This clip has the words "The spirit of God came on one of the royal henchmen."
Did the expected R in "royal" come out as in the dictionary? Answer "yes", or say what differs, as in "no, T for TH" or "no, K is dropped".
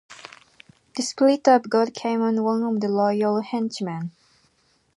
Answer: no, L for R